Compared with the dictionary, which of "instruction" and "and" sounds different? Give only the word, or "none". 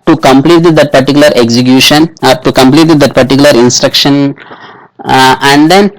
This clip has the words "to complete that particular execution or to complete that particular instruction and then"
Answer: none